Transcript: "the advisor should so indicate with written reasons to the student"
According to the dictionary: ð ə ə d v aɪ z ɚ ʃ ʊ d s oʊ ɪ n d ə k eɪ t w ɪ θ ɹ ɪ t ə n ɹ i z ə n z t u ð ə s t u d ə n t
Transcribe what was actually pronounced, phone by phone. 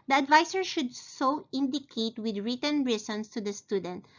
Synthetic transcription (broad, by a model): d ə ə d v aɪ s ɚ ʃ ʊ d s oʊ ɪ n d ə k eɪ t w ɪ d ɹ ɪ t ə n ɹ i s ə n s t u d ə s t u d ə n t